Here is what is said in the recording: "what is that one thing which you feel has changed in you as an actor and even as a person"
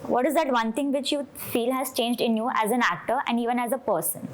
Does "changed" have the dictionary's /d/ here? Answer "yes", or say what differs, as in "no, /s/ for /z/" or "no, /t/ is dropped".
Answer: yes